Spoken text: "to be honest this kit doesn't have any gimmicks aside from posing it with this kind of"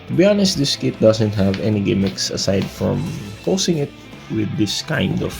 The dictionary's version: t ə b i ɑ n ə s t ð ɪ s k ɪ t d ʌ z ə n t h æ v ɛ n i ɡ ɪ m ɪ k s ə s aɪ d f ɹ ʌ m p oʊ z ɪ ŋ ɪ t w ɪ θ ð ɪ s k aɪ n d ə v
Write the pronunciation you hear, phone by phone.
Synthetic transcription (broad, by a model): t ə b i ɑ n ə s t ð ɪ s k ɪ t d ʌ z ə n t h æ v ɛ n i ɡ ɪ m ɪ k s ə s aɪ d f ɹ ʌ m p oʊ s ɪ ŋ ɪ t w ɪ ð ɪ s k aɪ n d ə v